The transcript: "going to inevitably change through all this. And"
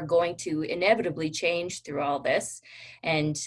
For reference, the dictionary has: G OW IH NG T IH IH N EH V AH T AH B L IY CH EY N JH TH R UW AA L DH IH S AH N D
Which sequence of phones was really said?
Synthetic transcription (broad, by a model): G OW IH NG T IH IH N EH V AH T AH B L IY CH EY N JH TH R UW AA L DH IH S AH N